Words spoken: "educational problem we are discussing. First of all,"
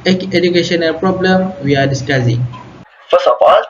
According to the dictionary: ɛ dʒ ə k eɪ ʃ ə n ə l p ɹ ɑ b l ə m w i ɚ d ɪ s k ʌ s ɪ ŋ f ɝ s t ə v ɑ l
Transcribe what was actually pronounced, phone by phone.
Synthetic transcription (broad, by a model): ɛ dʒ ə k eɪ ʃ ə n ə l p ɹ ɑ b l ə m w i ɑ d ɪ s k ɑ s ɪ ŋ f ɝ s ə f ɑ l